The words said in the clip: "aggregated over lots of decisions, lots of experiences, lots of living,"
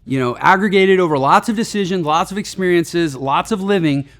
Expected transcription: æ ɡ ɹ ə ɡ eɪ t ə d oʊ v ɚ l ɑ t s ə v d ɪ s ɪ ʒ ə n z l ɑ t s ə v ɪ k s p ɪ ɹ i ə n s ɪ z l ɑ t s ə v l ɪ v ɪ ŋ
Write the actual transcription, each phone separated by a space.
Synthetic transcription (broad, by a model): æ ɡ ɹ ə ɡ eɪ t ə d oʊ v ɚ l ɑ t s ə v d ɪ s ɪ ʒ ə n z l ɑ t s ə v ɪ k s p ɪ ɹ i ə n s ɪ z l ɑ t s ə v l ɪ v ɪ ŋ